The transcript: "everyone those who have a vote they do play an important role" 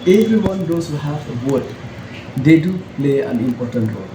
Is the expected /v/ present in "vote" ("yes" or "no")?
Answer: no